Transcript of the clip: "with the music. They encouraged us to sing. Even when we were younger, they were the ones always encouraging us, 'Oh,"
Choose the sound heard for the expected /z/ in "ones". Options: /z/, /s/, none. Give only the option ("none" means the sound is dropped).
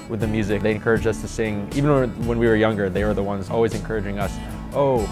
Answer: /z/